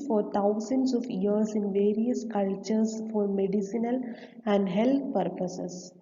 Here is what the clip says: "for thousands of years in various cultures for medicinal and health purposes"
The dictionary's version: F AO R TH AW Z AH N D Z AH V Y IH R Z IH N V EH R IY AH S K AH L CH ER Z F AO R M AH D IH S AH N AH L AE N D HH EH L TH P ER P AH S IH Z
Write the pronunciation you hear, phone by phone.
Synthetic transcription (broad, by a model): F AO R T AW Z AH N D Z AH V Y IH R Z IH N V EH R IY AH S K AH L CH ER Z F AO R M AH D IH S AH N AH L AE N D HH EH L T P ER P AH S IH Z